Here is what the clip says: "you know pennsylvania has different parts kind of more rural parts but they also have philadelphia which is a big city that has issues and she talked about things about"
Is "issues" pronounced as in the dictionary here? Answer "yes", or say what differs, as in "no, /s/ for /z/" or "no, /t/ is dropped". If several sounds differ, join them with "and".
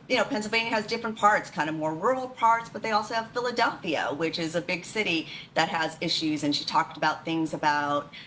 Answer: yes